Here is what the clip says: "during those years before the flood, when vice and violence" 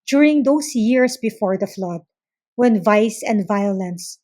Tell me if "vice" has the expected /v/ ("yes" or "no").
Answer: yes